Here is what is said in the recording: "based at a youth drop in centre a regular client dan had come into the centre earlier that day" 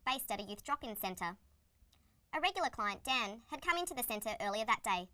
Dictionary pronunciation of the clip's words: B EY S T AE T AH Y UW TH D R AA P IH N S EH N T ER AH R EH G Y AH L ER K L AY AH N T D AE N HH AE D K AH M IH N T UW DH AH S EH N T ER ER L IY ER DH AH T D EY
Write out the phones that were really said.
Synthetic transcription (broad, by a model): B EY S T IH T AH Y UW TH D R AA P IH N S EH N T ER AH R EH G Y L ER K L AY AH N D AE N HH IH D K AH M IH N T UW DH AH S EH N T ER ER L IY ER DH AH T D EY